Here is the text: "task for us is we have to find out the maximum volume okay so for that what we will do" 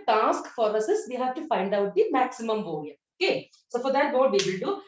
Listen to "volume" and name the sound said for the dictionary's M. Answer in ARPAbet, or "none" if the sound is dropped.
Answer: none